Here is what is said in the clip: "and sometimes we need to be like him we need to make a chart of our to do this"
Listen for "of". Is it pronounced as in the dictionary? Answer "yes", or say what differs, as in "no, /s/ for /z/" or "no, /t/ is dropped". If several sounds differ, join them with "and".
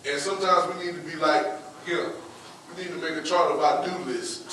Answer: no, /b/ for /v/